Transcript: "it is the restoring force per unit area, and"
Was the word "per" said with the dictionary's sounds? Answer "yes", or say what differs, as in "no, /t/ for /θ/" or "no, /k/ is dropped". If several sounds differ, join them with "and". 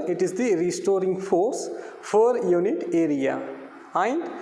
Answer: no, /f/ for /p/